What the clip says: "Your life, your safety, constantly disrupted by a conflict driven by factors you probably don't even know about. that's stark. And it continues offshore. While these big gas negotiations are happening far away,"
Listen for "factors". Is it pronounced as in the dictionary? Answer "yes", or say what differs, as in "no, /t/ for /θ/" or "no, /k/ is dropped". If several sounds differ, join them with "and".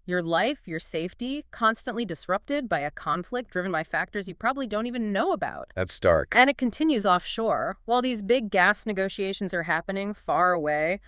yes